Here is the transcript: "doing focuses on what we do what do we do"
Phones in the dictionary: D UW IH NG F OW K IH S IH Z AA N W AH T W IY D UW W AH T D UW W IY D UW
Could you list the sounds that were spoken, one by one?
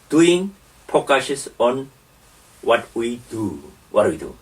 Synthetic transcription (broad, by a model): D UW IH NG P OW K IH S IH S AA N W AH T W IY D UW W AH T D W IY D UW